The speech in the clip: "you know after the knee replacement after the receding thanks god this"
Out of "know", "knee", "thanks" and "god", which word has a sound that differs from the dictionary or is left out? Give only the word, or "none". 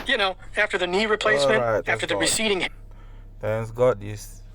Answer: thanks